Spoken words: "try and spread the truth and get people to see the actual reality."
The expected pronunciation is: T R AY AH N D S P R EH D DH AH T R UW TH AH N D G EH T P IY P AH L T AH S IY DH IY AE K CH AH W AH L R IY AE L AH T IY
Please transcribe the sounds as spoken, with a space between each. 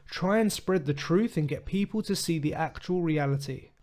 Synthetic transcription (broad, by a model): T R AY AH N S P R EH D DH AH T R UW TH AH N G EH T P IY P AH L T AH S IY DH IY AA K CH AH W AH L R IY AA L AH T IY